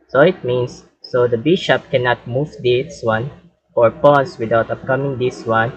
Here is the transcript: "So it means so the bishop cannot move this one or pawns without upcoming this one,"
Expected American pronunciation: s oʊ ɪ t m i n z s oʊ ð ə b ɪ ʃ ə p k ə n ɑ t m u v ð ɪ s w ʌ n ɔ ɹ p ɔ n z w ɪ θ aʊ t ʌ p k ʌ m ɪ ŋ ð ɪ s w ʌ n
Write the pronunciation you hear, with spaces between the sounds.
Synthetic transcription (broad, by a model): s oʊ ɪ t m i n s oʊ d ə b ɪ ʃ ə p k ə n ɑ t m u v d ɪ s w ʌ n ɔ ɹ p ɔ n s w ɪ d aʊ t ʌ p k ʌ m ɪ ŋ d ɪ s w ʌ n